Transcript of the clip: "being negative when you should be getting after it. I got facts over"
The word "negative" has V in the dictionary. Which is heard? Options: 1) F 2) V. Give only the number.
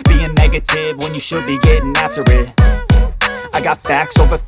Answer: 2